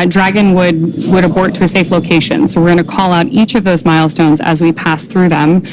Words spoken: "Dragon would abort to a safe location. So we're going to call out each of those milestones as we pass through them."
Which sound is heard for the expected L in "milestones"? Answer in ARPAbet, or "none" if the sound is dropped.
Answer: L